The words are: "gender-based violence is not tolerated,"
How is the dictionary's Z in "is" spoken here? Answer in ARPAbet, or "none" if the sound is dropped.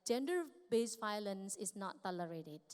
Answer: S